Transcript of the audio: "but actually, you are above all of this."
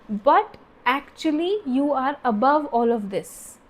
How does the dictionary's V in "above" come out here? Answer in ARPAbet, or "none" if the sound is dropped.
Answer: V